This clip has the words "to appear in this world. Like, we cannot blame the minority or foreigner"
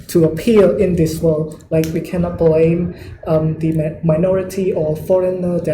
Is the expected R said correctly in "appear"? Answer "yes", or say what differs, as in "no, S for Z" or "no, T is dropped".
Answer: no, L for R